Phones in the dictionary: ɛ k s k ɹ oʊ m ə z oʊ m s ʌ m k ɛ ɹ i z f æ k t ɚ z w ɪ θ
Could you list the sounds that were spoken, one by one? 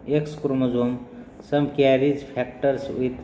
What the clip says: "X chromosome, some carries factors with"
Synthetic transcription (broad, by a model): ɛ k s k ɹ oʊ m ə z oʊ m s ʌ m k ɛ ɹ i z p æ k t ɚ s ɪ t